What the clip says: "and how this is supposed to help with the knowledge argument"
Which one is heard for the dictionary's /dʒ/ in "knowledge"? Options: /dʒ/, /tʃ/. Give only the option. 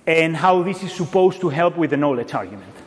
/tʃ/